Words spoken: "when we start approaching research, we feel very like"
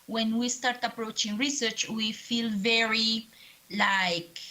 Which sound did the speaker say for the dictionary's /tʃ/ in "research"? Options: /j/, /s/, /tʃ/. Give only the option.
/tʃ/